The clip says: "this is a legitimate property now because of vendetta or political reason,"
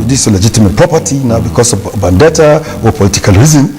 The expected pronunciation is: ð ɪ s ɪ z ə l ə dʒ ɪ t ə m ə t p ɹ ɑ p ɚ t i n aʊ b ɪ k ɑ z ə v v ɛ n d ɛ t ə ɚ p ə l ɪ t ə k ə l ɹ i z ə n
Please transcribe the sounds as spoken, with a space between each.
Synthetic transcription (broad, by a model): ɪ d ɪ s ə l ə dʒ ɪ t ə m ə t p ɹ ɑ p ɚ t i n aʊ b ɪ k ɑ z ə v b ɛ n d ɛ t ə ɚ p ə l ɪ t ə k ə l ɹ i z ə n